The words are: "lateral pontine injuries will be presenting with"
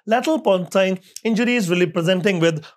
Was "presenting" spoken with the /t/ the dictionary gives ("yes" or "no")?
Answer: yes